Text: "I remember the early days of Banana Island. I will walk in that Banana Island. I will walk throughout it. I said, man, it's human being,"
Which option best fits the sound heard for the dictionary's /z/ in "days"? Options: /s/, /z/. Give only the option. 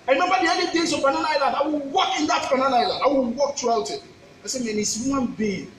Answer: /s/